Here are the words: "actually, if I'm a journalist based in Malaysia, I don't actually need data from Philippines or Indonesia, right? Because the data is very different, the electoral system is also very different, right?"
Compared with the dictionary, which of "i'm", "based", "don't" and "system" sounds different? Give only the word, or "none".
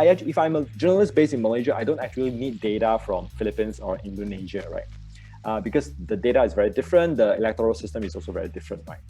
based